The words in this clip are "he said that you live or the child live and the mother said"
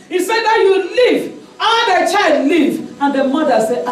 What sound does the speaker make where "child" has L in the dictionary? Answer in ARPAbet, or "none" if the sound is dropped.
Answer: L